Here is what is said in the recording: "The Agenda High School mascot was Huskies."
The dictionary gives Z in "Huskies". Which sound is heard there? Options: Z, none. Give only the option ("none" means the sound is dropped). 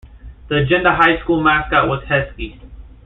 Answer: none